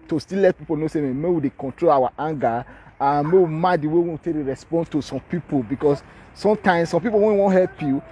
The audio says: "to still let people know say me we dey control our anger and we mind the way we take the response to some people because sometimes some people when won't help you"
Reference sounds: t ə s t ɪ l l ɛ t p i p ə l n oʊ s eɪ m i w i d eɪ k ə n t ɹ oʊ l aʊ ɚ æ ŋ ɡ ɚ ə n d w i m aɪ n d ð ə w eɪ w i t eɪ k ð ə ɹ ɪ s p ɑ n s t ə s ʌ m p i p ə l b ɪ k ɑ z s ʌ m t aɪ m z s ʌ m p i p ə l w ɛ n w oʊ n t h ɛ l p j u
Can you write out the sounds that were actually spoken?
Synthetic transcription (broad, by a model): t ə s t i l l ɛ t p i p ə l n oʊ s eɪ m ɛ w i d eɪ k ə n t ɹ oʊ l aʊ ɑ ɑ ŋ ɡ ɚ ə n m w i m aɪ d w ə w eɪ w i t eɪ k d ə ɹ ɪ s p ɑ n t ə s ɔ m p i p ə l b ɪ k ɑ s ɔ m t aɪ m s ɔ m p i p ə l w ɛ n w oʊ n h ɛ l p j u